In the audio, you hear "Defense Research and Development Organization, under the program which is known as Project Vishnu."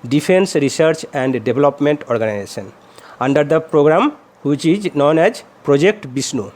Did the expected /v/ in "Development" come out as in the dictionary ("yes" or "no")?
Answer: no